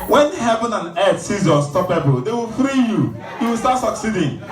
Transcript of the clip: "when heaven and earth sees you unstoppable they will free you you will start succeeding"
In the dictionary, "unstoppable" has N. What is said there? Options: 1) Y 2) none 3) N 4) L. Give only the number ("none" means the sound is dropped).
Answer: 2